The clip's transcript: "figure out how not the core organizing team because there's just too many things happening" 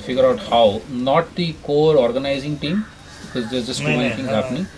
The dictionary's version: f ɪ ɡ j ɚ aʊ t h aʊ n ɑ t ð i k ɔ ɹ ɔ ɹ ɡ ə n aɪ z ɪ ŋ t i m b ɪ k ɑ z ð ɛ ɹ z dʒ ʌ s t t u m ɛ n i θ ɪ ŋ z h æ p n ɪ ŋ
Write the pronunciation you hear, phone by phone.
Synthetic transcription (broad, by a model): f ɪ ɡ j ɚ aʊ t h aʊ n ɑ t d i k ɔ ɹ ɔ ɹ ɡ ə n aɪ z ɪ ŋ t i m b ɪ k ɑ z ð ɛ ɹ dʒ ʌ s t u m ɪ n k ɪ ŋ h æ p n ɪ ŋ